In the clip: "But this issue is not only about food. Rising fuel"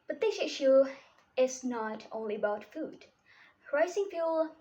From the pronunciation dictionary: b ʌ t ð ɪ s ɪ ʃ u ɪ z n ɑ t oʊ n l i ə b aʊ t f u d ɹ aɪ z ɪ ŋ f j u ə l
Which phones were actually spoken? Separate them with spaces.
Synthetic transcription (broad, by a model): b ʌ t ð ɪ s ɪ ʃ u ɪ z n ɑ t oʊ n l i ə b aʊ t f u d ɹ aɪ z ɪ ŋ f j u l